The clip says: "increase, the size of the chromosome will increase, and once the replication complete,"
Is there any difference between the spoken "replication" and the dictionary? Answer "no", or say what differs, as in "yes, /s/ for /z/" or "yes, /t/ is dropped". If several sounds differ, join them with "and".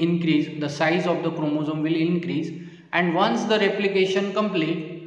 no